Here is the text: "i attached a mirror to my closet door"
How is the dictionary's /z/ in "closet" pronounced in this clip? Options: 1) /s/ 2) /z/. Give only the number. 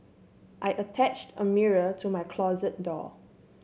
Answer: 2